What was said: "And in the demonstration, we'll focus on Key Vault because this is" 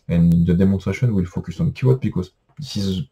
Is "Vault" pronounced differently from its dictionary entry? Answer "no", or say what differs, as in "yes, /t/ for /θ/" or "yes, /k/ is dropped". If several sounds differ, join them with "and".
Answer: yes, /w/ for /v/ and /l/ is dropped